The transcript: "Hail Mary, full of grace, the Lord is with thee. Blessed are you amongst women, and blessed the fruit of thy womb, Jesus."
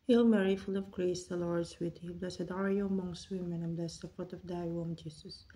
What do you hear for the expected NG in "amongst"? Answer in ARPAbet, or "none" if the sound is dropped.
NG